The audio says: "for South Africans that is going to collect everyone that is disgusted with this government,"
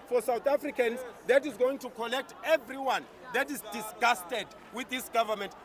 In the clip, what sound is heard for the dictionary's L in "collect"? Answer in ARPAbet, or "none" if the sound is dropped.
N